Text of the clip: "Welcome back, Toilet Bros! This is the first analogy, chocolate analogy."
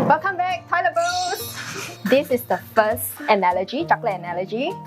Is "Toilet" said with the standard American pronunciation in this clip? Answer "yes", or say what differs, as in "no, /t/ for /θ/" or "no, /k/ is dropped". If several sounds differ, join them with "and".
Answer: no, /n/ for /l/